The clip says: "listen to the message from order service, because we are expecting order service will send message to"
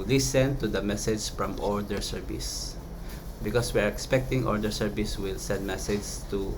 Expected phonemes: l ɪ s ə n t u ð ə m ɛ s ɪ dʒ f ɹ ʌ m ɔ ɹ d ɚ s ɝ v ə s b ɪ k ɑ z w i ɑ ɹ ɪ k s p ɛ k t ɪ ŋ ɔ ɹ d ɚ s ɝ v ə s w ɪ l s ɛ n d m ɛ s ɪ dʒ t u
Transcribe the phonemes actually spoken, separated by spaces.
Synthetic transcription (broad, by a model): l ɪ s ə n t u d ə m ɛ s ɪ dʒ f ɹ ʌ m ɔ ɹ d ɚ s ɝ v ə s b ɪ k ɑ s w i ɑ ɹ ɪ k s p ɛ k t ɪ ŋ ɔ ɹ d ɚ s ɝ v ə s w ɪ l s ɛ n d m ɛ s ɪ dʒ t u